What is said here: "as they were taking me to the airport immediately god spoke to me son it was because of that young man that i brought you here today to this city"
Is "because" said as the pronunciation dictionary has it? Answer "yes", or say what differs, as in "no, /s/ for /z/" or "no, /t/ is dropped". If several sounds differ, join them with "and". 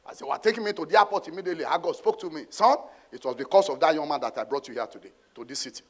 no, /s/ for /z/